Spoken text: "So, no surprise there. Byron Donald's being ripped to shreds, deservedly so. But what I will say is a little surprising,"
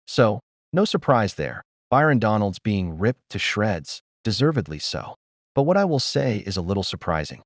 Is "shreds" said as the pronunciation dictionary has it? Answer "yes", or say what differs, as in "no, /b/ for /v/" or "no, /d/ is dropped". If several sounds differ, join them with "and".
yes